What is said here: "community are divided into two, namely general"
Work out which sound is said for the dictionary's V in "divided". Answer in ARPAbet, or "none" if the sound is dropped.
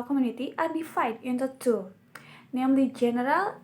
B